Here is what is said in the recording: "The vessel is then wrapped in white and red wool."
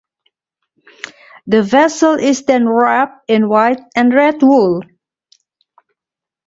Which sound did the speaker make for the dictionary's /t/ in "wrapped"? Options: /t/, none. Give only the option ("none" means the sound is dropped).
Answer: none